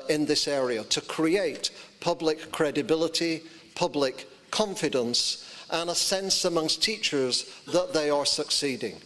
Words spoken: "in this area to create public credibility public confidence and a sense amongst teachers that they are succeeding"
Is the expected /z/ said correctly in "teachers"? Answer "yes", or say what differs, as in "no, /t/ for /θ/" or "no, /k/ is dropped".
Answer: yes